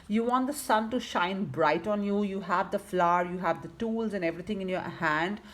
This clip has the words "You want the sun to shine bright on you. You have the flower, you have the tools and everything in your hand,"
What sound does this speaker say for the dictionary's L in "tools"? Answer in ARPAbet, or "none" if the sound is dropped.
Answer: L